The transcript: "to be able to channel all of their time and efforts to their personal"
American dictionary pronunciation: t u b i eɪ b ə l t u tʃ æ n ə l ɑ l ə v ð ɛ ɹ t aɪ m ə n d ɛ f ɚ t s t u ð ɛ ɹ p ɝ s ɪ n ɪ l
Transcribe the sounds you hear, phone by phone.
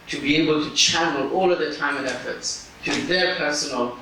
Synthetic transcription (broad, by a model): t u b i eɪ b ə l t u tʃ æ n ə l ɑ l ə v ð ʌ t aɪ m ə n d ɛ f ɚ t s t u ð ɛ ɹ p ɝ s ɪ n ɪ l